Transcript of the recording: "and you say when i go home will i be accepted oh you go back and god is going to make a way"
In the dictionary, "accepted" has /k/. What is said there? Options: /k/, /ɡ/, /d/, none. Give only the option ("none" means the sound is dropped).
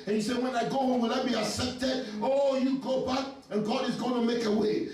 none